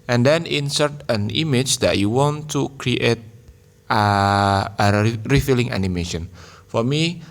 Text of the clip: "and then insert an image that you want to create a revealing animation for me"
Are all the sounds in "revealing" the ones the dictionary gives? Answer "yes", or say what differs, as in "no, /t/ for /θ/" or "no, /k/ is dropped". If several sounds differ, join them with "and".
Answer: no, /f/ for /v/